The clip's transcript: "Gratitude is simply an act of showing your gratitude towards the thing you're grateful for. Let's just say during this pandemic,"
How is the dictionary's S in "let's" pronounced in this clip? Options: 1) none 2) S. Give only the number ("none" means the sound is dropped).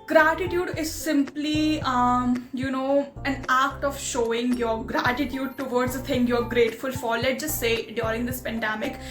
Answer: 1